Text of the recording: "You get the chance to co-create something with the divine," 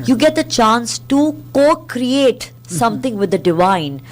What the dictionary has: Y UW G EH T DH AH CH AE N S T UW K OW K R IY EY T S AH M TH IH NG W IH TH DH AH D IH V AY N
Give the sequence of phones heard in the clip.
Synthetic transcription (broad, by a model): Y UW G EH T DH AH CH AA N S T UW K OW K R IY EY T S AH M T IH NG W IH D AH D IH V AY N